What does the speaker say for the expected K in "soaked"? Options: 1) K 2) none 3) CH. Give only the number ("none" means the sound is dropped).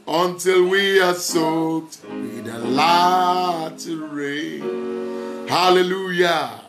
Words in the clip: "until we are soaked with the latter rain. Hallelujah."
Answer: 2